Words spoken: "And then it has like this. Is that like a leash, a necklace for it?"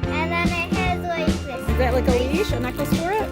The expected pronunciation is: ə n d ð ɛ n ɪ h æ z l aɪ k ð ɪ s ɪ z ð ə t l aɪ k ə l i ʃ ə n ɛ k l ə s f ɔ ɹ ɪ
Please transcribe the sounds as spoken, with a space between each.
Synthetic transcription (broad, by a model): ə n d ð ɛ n ɪ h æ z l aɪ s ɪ ɪ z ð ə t l aɪ k ə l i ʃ ə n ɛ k ə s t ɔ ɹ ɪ